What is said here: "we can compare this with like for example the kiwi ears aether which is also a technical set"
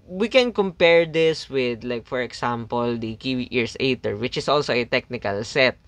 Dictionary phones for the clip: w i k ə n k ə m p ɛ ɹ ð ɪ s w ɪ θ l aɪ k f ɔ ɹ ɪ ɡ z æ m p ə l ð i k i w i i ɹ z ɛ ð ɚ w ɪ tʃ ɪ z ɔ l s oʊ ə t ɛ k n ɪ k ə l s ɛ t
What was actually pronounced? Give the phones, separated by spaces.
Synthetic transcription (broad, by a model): w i k ə n k ə m p ɛ ɹ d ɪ s w ɪ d l aɪ k f ɔ ɹ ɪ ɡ s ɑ m p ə l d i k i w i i ɹ s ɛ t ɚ w ɪ tʃ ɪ s ɔ l s oʊ ə t ɛ k n ɪ k ə l s ɛ t